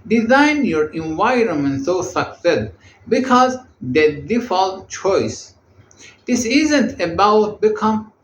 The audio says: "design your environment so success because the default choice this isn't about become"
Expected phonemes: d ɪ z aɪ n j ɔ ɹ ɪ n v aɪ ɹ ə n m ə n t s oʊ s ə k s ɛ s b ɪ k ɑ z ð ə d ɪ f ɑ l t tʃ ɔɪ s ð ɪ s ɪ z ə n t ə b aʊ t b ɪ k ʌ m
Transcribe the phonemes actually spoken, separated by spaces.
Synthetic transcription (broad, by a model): d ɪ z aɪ n j ɔ ɹ ɪ n v aɪ ɹ ə n m ə n t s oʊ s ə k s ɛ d b ɪ k ɑ z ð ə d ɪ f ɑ l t tʃ ɔɪ s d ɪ s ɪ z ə n t ə b aʊ t b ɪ k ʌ m